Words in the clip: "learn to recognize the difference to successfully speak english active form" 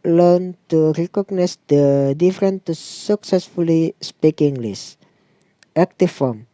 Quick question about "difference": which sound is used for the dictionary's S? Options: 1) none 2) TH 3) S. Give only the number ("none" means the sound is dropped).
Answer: 1